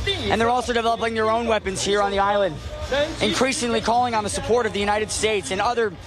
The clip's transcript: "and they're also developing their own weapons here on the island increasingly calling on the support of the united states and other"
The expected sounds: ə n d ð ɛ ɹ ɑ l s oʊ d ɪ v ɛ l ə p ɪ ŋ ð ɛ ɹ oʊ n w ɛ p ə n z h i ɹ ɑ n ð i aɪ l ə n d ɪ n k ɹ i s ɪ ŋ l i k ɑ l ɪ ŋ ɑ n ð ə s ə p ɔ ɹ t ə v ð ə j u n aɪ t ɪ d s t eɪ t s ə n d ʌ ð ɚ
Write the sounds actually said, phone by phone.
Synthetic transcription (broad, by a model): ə n ð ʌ ɹ ɑ l s oʊ d ɪ v ɛ l ə p ɪ ŋ ð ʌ ɹ oʊ n w ɛ p ə n z h i ɹ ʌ n ð i aɪ l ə n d ɪ n k ɹ i s ɪ ŋ l i k ɑ l ɪ ŋ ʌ n ð ə s ə p ɔ ɹ t ə v ð ə j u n aɪ t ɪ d s t eɪ t s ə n ʌ ð ɚ